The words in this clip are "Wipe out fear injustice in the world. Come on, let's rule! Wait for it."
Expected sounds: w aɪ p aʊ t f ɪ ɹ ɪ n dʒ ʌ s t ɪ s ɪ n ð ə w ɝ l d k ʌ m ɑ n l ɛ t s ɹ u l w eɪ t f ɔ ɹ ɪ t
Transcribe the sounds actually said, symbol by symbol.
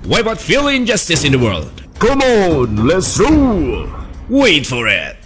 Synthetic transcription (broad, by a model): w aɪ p aʊ t f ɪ l ɪ n dʒ ʌ s t ɪ s ɪ n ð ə w ɝ l d k ʌ m ɑ n l ɛ t s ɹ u w eɪ t f ɔ ɹ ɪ t